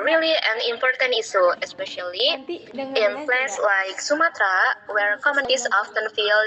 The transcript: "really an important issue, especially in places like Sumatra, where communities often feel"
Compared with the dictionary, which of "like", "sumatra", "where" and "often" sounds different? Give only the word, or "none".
none